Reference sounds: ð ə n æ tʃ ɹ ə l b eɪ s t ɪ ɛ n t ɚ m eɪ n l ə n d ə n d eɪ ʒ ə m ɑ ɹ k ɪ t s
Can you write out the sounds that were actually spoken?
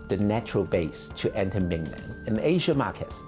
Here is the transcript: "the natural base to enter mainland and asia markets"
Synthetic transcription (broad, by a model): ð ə n æ tʃ ɹ ə l b eɪ s t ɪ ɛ n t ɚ m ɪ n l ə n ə n eɪ ʒ ə m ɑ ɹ k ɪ t s